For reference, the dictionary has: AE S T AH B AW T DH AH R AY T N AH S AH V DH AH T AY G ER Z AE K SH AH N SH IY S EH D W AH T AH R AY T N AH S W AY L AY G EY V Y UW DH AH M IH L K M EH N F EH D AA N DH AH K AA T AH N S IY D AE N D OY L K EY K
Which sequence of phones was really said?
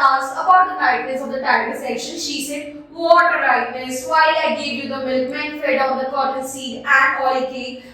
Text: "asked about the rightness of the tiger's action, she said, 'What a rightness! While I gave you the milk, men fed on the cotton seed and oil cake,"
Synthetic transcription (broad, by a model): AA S AH B AW T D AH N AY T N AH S AH V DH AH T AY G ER S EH K SH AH N SH IY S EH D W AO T AH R AY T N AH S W AY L AY G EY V Y UW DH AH M IH L K M EH N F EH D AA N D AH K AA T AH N S IY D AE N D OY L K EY